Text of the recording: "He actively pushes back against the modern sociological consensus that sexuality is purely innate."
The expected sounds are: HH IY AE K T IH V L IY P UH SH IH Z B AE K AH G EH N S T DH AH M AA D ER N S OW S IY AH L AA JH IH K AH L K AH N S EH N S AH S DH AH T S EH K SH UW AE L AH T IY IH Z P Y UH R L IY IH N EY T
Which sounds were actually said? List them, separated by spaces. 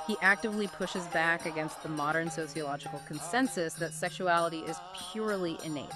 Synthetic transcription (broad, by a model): HH IY AE K T IH V L IY P UH SH IH Z B AE K AH G EH N S T DH AH M AA D ER N S OW S IY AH L AA JH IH K L K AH N S EH N S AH S DH AH T S EH K SH UW AE L AH T IY IH Z P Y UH R L IY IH N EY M